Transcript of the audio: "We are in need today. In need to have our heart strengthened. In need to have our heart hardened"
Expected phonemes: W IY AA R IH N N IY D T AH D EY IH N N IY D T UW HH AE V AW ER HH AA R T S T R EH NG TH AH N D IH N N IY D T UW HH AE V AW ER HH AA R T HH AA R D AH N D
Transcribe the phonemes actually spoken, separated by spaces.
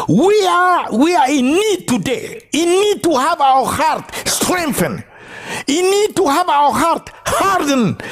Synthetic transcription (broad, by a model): W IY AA W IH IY N IY D T AH D EY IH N N IY D T UW HH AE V AW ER HH AA R T S T R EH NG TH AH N IH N N IY D T UW HH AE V AW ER HH AA R T HH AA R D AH N